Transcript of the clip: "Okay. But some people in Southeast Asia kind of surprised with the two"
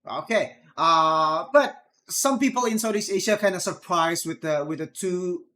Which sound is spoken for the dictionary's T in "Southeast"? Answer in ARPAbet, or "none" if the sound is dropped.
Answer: none